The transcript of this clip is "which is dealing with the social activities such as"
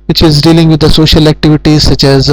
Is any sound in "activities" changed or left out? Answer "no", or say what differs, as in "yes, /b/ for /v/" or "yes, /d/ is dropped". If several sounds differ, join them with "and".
no